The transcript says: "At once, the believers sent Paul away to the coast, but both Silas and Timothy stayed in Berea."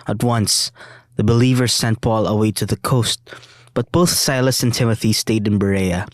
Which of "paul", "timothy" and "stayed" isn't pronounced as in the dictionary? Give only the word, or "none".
none